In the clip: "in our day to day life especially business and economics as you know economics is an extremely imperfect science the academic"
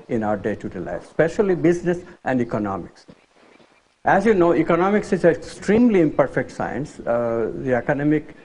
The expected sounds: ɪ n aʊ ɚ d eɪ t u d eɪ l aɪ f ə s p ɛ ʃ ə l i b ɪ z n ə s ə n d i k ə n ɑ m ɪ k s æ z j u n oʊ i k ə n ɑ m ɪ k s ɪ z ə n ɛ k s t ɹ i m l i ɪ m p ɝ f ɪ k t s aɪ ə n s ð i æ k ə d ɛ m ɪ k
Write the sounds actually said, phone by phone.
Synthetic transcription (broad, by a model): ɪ n aʊ ɚ d eɪ t u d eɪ l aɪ ə s p ɛ ʃ ə l i b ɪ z n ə s ə n d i k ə n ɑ m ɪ k s æ z j u n oʊ i k ə n ɑ m ɪ k s ɪ z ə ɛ k s t ɹ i m l i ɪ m p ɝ f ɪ k t s aɪ ə n s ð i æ k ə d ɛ m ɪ k